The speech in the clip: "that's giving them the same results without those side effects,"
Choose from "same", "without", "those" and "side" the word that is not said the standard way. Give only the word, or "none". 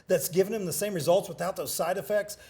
none